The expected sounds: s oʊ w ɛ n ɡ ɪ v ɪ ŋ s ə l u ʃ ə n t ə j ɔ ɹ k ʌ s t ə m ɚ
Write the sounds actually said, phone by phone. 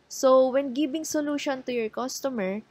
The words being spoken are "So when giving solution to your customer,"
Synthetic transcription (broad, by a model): s oʊ w ɛ n ɡ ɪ b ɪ ŋ s ə l u ʃ ə n t ə j ɔ ɹ k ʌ s t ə m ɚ